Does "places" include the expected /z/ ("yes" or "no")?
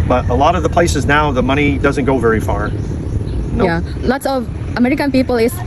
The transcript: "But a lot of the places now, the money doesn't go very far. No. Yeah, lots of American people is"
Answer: yes